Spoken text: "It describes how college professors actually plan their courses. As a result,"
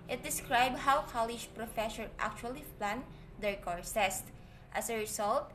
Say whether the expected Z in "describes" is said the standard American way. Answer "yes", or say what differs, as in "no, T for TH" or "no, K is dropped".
no, Z is dropped